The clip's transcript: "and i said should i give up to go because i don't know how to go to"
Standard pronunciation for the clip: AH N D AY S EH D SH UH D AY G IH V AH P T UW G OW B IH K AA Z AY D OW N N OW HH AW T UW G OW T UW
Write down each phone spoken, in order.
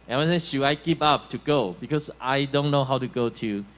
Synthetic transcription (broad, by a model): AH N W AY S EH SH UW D AY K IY P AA P T UW G OW B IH K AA S AY D OW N N OW HH AW T UW G OW T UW